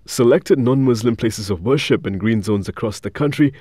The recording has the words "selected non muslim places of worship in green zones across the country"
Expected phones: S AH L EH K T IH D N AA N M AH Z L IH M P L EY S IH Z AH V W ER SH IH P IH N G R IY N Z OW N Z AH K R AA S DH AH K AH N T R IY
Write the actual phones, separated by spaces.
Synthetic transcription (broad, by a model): S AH L EH K T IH D N AA N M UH Z L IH M P L EY S IH Z AH V W ER SH IH P IH N G R IY N Z OW N Z AH K R AA S DH AH K AH N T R IY